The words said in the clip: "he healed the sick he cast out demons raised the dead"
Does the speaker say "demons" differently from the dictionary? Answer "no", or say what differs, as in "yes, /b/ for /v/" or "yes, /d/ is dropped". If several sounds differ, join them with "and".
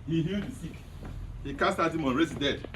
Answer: yes, /z/ is dropped